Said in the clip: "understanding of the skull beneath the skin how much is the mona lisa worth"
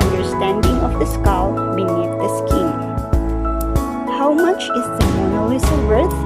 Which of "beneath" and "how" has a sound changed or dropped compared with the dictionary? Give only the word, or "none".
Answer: beneath